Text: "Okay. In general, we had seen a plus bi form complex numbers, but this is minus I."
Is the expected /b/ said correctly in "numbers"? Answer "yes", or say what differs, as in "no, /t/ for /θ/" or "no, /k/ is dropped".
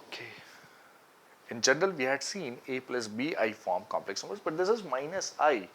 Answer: no, /b/ is dropped